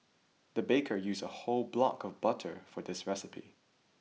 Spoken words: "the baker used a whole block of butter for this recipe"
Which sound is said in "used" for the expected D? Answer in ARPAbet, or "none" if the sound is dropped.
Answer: none